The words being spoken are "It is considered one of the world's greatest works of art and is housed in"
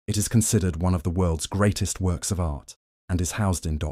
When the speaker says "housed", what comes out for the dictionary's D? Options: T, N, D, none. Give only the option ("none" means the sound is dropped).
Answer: D